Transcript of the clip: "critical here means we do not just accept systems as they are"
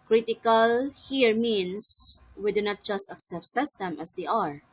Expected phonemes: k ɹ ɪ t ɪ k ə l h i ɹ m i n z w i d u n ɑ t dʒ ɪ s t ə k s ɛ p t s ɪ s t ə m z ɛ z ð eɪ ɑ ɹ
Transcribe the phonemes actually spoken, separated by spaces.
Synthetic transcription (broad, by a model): k ɹ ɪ t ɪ k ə l h i ɹ m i n s w i d u n ɑ t dʒ ɪ s t ə k s ɛ p t s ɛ s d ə m ɛ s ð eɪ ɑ ɹ